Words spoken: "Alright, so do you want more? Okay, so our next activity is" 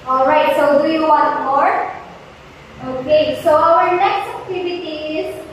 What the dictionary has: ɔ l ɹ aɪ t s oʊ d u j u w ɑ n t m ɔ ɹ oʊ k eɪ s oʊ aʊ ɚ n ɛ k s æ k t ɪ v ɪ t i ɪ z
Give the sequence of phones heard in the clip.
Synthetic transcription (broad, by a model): ɔ l ɹ aɪ t s oʊ d u j u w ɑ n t m ɔ ɹ oʊ k eɪ s oʊ aʊ ɚ n ɛ k s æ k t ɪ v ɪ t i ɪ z